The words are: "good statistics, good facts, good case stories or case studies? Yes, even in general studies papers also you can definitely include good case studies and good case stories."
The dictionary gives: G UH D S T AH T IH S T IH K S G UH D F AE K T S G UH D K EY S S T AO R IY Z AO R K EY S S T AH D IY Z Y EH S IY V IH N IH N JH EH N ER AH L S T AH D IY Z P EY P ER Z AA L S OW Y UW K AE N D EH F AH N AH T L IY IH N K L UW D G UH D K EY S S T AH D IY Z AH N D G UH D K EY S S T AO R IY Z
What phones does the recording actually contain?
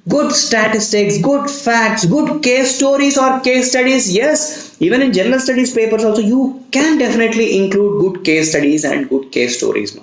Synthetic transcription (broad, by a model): G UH D S T AH T IH S T IH K S G UH D F AE K T S G UH D K EY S S T AO R IY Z AO R K EY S S T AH D IY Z Y EH S IY V IH N IH N JH EH N ER AH L S T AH D IY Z P EY P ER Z AA L S OW Y UW K AE N D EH F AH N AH T L IY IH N K L UW D G UH D K EY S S T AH D IY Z AH N D G UH D K EY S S T AO R IY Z